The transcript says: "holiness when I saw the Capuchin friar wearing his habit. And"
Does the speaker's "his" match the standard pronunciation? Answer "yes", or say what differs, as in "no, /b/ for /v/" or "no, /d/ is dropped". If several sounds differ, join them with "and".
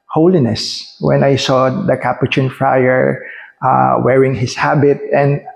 no, /s/ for /z/